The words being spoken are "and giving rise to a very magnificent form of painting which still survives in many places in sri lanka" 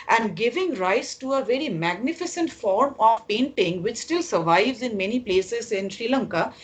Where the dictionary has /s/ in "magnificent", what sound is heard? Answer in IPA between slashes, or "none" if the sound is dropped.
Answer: /s/